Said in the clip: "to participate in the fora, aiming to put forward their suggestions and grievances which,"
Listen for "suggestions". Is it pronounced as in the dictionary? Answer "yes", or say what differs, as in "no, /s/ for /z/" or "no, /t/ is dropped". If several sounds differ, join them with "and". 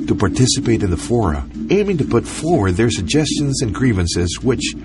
yes